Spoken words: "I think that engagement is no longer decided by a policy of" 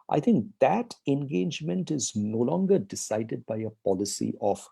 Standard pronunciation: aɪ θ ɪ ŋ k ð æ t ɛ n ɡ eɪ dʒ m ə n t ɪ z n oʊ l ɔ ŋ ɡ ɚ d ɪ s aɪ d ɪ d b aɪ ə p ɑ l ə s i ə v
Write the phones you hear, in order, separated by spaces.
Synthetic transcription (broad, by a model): aɪ t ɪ ŋ k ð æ t ɛ n ɡ eɪ dʒ m ə n t ɪ z n oʊ l ɔ ŋ ɡ ɚ d ɪ s aɪ d ɪ d b aɪ ə p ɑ l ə s i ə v